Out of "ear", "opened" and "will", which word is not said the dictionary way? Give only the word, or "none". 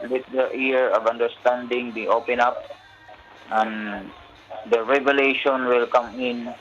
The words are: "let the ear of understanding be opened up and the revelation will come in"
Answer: opened